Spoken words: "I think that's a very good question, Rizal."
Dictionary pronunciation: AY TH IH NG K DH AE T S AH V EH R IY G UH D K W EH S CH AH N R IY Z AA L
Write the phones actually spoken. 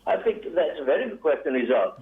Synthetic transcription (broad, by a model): AY TH IH NG K DH AE T S AH V EH R IY G UH D K W EH S CH AH N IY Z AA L